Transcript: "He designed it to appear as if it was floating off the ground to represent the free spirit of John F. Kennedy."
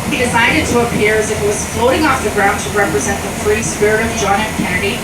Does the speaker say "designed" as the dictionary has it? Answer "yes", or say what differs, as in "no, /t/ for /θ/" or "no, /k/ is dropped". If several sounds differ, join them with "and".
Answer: no, /s/ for /z/ and /n/ is dropped